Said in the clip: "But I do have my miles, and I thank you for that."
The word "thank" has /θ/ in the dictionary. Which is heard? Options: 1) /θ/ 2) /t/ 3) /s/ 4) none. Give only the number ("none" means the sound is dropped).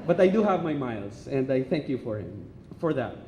1